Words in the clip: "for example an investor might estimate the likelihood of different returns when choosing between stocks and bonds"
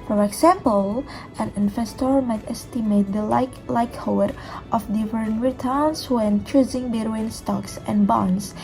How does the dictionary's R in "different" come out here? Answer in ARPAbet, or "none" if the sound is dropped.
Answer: none